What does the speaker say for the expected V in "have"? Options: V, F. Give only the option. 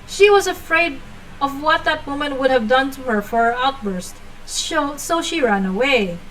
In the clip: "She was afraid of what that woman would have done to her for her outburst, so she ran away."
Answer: V